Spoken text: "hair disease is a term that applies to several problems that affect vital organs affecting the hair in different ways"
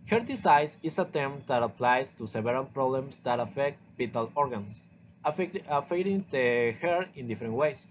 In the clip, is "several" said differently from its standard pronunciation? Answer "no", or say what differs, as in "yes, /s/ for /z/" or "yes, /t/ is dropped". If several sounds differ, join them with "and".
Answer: yes, /b/ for /v/ and /n/ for /l/